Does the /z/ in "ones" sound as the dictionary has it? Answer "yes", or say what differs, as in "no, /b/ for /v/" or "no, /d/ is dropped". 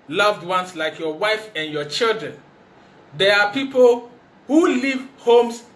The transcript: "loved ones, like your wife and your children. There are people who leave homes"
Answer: no, /s/ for /z/